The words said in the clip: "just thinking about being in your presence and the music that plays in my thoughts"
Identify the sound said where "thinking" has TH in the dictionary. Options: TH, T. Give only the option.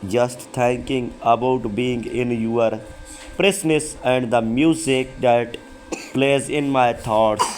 T